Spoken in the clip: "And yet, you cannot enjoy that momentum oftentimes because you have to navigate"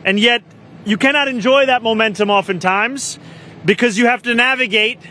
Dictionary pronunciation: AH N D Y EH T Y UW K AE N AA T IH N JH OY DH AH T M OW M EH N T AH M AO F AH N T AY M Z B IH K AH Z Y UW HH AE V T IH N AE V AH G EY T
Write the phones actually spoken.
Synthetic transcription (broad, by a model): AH N Y EH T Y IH K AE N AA T IH N JH OY DH AH T M OW M EH N T AH M AO F AH N T AY M Z B IH K AH Z Y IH HH AE F T IH N AE V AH G EY T